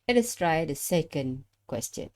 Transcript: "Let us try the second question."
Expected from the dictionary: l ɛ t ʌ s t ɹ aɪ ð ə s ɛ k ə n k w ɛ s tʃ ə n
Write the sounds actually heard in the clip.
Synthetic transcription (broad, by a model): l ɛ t ʌ s t ɹ aɪ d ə s ɛ k ə n k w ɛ s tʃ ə n